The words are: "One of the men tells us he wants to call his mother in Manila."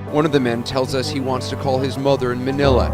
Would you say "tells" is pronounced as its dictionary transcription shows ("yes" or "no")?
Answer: yes